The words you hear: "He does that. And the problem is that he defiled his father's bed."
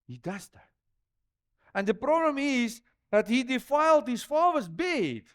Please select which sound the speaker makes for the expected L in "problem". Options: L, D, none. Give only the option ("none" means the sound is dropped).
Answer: L